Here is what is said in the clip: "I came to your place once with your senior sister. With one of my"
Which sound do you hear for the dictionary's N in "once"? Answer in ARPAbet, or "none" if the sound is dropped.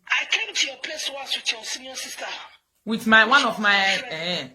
none